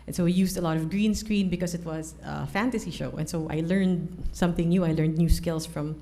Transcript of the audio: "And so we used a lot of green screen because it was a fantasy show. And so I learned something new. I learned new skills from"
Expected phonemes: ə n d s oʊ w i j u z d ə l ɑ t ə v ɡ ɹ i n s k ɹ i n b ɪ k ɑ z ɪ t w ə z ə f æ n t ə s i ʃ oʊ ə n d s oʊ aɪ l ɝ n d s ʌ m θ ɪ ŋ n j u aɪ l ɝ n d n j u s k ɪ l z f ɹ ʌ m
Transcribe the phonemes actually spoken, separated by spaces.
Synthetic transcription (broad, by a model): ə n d s oʊ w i j u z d ə l ɑ t ə v ɡ ɹ i n s k ɹ i n b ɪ k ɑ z ɪ t w ə z ə f æ n t ə s i ʃ oʊ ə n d s oʊ aɪ l ɝ n d s ʌ m θ ɪ ŋ n j u aɪ l ɝ n d n j u s k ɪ l s f ɹ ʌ m